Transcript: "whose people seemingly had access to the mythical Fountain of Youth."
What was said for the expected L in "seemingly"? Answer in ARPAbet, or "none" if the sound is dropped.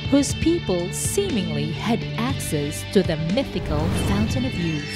L